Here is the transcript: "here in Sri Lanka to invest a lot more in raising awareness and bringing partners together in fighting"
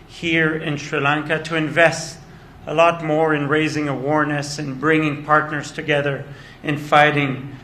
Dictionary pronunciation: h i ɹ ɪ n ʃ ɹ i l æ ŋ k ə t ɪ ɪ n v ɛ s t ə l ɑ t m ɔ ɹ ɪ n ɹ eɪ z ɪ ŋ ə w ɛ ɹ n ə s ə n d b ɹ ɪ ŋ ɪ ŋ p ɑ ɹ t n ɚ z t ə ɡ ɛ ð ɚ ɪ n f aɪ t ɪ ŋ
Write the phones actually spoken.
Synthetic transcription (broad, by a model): h i ɹ ɪ n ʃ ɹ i l æ ŋ k ə t ɪ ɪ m v ɛ s t ə l ɑ t m ɔ ɹ ɪ n ɹ eɪ z ɪ ŋ ə w ɛ ɹ n ə s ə n b ɹ ɪ ŋ ɪ ŋ p ɑ ɹ t n ɚ z t ə ɡ ɛ ð ɚ ɪ n f aɪ t ɪ ŋ